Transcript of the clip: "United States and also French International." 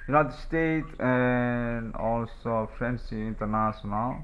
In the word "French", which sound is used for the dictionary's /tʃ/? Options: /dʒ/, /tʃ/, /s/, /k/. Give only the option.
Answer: /s/